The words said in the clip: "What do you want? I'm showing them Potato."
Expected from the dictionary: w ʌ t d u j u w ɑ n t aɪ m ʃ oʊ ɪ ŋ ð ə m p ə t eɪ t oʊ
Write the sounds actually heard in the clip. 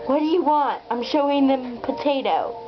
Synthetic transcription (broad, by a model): w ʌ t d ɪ j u w ɑ n t aɪ m ʃ oʊ ɪ ŋ ð ə m p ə t eɪ t oʊ